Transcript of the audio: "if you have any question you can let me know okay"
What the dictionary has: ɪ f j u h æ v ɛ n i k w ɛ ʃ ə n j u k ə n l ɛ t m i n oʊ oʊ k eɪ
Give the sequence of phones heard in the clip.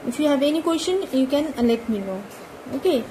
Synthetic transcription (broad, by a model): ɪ f j u h æ v ɛ n i k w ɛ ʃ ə n j u k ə n l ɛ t m i l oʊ oʊ k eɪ